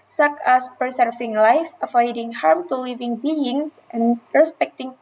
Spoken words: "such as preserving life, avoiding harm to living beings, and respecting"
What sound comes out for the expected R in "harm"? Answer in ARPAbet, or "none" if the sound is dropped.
R